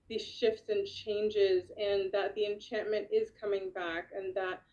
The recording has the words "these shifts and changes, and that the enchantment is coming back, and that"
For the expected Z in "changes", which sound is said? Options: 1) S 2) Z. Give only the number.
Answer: 2